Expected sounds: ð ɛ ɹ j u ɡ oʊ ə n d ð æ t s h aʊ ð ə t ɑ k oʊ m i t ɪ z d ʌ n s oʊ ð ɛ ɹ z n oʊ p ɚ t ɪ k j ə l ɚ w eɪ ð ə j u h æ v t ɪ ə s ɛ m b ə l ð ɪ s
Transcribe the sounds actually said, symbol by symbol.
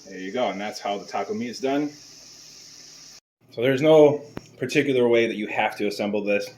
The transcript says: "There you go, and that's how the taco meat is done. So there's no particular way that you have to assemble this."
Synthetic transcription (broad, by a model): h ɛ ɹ j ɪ ɡ oʊ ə n ð æ t s h aʊ ð ə t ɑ k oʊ m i ɪ z d ʌ n s oʊ ð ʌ ɹ z n oʊ p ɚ t ɪ k j l ɚ w eɪ ð ə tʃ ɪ h æ f t ɪ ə s ɛ m b l ð ɪ s